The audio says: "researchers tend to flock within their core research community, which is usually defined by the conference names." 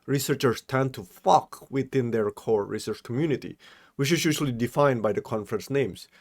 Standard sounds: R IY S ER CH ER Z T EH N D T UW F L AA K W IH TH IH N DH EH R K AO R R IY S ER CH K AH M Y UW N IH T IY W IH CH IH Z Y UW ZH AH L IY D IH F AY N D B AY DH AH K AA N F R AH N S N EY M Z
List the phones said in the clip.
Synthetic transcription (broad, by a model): R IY S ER CH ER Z T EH N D T UW F AA K W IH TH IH N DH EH R K AO R R IY S ER CH K AH M Y UW N IH T IY W IH CH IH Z Y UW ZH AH L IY D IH F AY N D B AY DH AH K AA N F R AH N S N EY M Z